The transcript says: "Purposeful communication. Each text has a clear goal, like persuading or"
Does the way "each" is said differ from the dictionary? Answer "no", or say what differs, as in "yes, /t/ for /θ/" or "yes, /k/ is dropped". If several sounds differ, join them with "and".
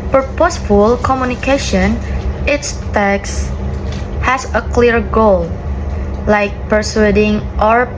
yes, /s/ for /tʃ/